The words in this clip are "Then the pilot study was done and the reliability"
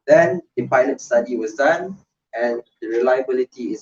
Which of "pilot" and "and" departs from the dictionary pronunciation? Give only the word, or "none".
none